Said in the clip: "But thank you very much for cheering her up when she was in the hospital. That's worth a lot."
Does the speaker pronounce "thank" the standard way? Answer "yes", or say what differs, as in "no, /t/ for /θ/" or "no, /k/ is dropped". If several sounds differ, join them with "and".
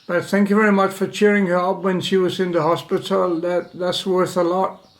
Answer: yes